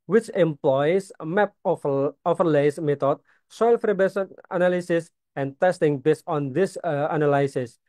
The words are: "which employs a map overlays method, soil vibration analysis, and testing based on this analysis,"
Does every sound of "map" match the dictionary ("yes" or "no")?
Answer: no